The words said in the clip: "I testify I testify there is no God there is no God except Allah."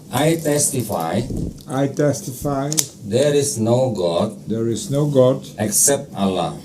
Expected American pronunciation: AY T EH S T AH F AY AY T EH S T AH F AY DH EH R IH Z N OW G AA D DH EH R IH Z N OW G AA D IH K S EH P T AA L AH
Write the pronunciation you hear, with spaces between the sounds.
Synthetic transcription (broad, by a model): AY T EH S T AH F AY AY T EH S T AH F AY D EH R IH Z N OW G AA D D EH R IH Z N OW G AA D IH K S EH P T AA L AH